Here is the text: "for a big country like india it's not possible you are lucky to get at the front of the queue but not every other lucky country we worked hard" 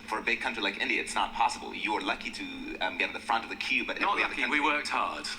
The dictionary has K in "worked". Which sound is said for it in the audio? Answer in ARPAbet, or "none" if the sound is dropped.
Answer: K